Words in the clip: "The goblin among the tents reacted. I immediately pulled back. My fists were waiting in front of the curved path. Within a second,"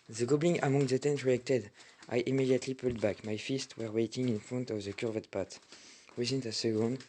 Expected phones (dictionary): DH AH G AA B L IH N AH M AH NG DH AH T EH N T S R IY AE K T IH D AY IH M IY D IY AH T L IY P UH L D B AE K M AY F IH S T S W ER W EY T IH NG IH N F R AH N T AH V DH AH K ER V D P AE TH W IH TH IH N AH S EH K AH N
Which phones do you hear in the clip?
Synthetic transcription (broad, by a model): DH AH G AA B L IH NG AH M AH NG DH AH T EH N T R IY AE K T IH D AY IH M IY D IY AH T L IY P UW L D B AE K M AY F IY S T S W ER W EY T IH NG IH N F R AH N T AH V DH AH K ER V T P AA T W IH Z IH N AH S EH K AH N